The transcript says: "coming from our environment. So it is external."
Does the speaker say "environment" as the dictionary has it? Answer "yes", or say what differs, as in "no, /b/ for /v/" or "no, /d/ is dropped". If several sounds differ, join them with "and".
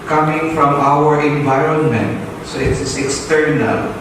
yes